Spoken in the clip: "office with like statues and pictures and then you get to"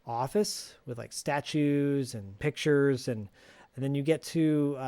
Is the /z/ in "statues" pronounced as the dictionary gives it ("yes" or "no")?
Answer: yes